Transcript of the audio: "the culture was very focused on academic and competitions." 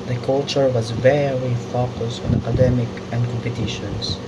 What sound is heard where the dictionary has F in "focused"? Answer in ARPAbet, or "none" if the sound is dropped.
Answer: F